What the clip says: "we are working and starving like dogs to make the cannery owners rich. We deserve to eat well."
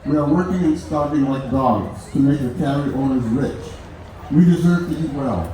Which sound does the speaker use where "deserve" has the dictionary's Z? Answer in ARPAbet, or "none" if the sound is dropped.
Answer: Z